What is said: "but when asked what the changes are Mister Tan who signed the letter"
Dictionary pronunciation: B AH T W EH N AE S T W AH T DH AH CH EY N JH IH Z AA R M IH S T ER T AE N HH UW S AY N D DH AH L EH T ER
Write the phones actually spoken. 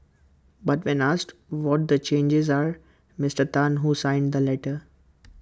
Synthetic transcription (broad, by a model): B AH T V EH N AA S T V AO T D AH CH EY N JH IH Z AA R M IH S T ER T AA N HH UW S AY N D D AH L EH T ER